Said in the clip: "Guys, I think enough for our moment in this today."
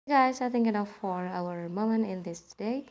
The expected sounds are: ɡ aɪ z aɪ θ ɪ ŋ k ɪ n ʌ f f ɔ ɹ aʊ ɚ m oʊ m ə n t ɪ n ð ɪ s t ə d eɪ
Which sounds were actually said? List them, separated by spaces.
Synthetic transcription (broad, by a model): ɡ aɪ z aɪ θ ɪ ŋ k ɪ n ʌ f f ɔ ɹ aʊ ɚ m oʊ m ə n ɪ n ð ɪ s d eɪ